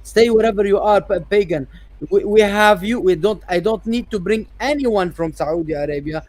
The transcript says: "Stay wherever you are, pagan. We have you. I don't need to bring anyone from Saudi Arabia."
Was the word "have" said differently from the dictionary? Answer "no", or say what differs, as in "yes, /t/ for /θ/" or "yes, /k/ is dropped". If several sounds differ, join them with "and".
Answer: no